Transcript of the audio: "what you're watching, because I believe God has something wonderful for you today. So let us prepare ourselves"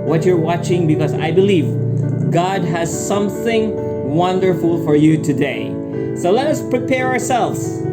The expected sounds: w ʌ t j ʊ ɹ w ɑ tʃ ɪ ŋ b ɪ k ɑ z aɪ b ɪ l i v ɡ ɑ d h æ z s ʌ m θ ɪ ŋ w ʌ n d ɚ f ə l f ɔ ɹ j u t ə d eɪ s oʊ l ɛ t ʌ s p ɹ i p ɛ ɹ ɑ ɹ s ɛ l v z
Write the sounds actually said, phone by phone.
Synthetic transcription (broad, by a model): w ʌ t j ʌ ɹ w ɑ tʃ ɪ ŋ b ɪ k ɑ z aɪ b ɪ l i v ɡ ɑ d h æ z s ʌ m θ ɪ ŋ w ʌ n d ɚ f ə l f ɔ ɹ j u t ə d eɪ s oʊ l ɛ t ʌ s p ɹ i p ɛ ɹ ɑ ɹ s ɛ l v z